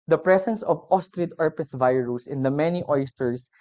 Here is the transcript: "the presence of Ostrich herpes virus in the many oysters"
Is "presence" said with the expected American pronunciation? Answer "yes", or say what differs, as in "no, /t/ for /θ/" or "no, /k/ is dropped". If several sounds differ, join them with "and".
no, /s/ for /z/